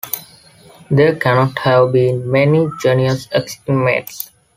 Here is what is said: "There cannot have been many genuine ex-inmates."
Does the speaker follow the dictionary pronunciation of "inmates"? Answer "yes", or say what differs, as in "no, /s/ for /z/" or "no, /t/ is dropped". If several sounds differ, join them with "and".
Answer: no, /n/ is dropped